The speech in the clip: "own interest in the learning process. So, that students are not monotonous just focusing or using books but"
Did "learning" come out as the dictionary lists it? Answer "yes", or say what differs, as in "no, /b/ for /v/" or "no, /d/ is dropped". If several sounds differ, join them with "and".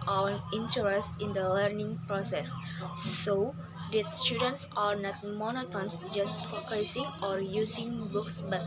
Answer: yes